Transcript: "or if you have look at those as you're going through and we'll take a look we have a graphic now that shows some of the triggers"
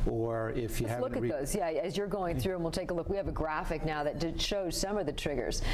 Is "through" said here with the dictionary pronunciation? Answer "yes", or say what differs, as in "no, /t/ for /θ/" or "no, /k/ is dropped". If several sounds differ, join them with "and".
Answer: yes